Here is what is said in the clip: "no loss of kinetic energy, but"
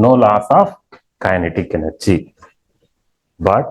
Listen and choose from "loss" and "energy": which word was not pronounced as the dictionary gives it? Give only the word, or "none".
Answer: energy